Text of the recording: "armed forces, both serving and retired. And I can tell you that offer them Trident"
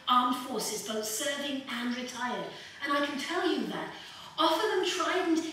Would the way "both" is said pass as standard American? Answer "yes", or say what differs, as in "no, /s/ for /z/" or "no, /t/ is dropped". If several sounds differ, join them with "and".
yes